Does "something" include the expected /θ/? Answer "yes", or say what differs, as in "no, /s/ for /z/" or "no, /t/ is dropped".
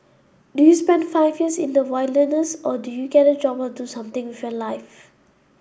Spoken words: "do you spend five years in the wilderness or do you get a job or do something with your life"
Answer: no, /t/ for /θ/